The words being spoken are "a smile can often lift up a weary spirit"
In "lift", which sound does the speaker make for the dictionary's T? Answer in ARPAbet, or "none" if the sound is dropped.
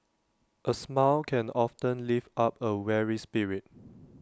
none